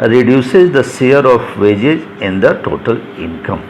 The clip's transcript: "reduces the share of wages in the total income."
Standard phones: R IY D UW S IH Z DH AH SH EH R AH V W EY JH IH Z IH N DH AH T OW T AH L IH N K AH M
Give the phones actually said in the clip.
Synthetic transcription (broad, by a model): R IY D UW S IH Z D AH S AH R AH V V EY JH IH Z IH N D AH T OW T AH L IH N K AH M